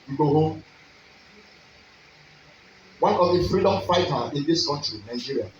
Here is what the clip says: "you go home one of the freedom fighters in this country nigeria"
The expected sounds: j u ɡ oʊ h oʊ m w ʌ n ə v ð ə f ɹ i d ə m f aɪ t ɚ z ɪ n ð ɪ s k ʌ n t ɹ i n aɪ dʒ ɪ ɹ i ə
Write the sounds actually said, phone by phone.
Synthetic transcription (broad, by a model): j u ɡ oʊ h oʊ m w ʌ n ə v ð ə f ɹ i d ə m f aɪ t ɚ ɪ n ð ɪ s k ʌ n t ɹ i n aɪ dʒ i ɹ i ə